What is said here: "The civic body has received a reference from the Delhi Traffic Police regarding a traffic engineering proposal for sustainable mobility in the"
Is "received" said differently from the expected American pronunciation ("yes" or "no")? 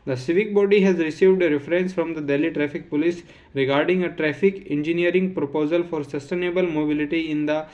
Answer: no